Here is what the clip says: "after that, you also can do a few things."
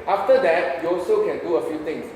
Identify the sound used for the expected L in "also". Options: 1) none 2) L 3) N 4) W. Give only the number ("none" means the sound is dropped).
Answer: 2